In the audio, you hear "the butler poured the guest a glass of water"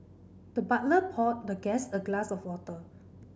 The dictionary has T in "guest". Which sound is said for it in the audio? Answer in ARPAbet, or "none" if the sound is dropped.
none